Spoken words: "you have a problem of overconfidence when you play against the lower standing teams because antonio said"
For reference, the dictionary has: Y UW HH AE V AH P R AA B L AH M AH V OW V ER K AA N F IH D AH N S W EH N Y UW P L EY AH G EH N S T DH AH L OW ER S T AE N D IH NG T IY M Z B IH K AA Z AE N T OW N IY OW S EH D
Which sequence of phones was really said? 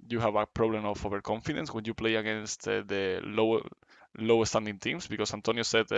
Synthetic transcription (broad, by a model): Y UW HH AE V AH P R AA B L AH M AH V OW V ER K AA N F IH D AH N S W EH N Y UW P L EY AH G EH N S T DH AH L OW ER S T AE N D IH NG T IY M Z B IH K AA S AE N T OW N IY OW S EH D